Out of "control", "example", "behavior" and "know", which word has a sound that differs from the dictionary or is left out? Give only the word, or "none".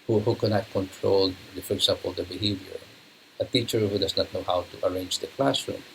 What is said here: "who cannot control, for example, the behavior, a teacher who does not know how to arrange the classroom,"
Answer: example